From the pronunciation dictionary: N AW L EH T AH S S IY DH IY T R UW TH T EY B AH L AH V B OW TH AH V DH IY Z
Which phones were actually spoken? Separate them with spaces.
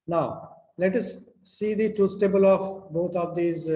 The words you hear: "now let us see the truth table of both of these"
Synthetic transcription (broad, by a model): N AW L EH T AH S S IY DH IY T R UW S T EY B AH L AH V B OW T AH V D IY Z